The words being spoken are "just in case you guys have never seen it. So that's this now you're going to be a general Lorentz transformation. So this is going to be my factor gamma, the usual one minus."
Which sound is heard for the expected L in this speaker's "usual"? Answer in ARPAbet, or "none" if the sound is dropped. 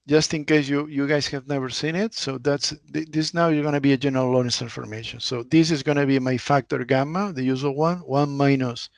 N